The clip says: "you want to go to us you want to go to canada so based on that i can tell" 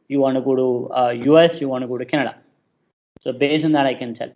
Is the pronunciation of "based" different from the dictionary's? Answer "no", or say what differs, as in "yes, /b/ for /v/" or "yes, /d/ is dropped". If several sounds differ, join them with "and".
yes, /t/ is dropped